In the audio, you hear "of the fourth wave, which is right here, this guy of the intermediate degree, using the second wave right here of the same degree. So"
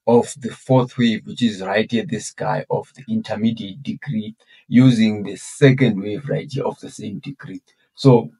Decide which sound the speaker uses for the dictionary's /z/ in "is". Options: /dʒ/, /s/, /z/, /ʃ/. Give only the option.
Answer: /z/